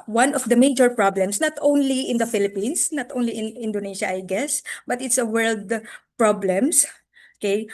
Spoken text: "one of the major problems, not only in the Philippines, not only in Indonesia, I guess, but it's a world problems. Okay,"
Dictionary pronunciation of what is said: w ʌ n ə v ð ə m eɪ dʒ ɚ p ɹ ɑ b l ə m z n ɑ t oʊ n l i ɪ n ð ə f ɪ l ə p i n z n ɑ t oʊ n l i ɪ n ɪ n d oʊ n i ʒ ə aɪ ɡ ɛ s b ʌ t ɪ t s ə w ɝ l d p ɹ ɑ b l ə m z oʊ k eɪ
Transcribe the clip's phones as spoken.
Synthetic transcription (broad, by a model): w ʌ n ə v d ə m eɪ dʒ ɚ p ɹ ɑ b l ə m s n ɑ t oʊ n l i ɪ n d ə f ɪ l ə p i n s n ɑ t oʊ n l i ɪ n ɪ n d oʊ n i ʃ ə aɪ ɡ ɛ s b ʌ t ɪ t s ə w ɝ l d p ɹ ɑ b l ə m s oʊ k eɪ